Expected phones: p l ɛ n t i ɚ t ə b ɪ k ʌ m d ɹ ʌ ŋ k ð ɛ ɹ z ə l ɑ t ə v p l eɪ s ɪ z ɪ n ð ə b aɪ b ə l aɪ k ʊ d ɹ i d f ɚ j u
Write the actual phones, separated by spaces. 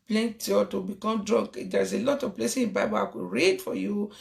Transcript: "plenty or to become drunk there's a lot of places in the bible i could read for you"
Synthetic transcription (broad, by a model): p l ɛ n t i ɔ t ə b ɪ k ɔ m d ɹ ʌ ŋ k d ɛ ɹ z ə l ɑ t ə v p l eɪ s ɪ ɪ n b aɪ b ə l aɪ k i ɹ i d f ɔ j u